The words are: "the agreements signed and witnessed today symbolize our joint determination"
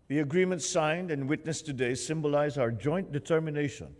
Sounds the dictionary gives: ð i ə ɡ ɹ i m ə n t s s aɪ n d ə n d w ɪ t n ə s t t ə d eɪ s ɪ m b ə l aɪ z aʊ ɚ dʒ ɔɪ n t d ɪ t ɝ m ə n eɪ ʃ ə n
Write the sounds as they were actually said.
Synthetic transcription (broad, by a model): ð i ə ɡ ɹ i m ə n t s s aɪ n d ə n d w ɪ t n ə s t t ə d eɪ s ɪ m b ə l aɪ z aʊ ɚ dʒ ɔɪ n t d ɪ t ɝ m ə n eɪ ʃ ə n